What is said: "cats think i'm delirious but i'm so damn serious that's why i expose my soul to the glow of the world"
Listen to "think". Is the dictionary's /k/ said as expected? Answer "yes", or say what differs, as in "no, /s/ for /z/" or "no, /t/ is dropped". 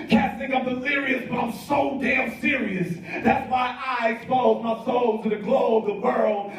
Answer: no, /k/ is dropped